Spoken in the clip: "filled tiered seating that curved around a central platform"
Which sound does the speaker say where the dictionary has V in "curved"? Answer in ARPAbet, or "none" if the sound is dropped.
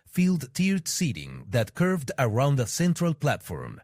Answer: V